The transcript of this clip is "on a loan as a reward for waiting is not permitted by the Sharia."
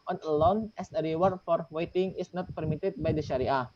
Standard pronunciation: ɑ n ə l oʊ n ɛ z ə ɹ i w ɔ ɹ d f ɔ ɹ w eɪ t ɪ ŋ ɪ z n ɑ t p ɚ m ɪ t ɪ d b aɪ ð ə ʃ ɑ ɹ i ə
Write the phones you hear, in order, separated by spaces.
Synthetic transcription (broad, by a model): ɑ n ə l oʊ n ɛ s ə ɹ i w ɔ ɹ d f ɔ ɹ w eɪ t ɪ ŋ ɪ s n ɑ t p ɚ m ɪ t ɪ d b aɪ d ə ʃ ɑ ɹ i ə